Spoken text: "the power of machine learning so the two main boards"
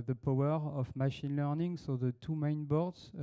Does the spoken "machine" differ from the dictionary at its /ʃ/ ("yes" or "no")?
no